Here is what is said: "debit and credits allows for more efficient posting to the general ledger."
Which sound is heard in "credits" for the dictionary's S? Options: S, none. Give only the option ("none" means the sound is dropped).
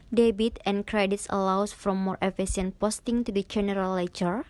S